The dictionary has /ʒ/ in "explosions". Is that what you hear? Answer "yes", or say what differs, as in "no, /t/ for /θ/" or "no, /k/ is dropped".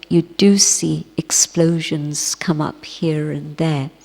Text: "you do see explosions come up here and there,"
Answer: yes